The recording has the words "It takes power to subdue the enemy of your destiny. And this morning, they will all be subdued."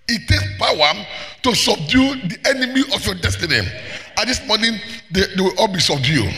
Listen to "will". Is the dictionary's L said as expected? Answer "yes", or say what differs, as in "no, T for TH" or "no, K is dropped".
no, W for L